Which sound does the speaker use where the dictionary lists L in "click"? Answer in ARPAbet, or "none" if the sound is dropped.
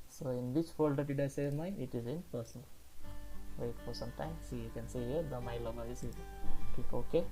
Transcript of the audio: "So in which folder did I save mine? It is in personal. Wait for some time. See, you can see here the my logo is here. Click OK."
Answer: none